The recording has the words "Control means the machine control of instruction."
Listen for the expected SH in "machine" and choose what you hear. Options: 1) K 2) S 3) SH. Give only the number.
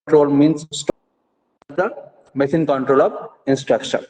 2